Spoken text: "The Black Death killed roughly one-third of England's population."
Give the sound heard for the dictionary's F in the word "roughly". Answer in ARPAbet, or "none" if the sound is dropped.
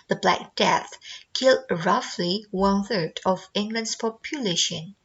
F